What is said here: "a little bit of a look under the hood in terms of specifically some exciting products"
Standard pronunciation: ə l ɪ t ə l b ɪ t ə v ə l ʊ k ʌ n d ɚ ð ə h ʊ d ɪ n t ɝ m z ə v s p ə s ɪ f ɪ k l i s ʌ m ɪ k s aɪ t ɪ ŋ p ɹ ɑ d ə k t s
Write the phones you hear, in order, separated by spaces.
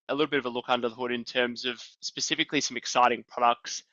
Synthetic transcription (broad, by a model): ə l ɪ t l b ɪ t ə v ə l ʊ k ʌ n d ɚ ð ə h ʊ d ɪ n t ɝ m z ə v s p ə s ɪ f ɪ k l i s ʌ m ɪ k s aɪ t ɪ ŋ p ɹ ɑ d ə k t s